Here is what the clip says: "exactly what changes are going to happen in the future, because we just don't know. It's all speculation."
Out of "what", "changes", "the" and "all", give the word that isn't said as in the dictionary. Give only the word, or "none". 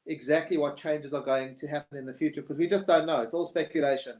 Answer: none